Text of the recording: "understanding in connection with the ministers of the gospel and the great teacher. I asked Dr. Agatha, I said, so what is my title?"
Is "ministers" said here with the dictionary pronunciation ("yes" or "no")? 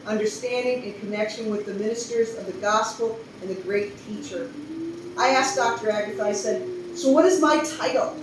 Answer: yes